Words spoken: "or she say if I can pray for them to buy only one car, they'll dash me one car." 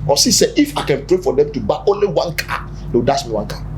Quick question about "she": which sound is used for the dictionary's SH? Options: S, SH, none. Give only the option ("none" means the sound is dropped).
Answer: S